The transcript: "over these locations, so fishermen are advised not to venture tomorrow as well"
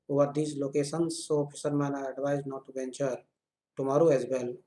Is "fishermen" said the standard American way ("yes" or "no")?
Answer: no